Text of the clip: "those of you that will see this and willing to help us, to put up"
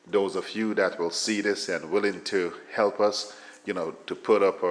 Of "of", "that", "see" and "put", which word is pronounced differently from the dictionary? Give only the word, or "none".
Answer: of